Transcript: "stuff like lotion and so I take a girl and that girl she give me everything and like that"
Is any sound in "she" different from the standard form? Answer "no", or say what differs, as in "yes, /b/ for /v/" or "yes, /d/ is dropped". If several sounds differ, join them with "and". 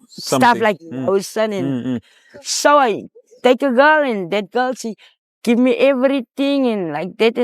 yes, /s/ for /ʃ/